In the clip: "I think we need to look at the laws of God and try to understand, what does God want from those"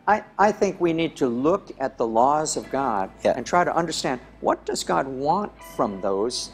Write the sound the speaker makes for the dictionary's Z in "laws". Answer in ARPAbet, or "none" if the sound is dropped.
Z